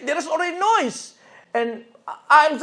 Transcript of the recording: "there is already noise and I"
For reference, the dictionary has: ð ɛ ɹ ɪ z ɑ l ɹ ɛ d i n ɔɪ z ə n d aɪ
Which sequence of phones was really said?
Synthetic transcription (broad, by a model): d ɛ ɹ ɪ s ɑ l ɹ ɛ d i n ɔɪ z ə n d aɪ